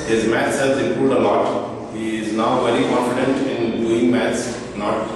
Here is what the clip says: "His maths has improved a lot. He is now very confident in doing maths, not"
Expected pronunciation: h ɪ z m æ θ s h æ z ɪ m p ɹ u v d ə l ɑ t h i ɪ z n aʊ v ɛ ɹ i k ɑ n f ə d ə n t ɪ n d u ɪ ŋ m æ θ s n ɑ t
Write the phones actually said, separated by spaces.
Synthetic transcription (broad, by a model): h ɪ z m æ t s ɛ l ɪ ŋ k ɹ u d ə l ɑ t h i ɪ z n aʊ v ɛ ɹ i k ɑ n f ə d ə n t ɪ n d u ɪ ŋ m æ t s n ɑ t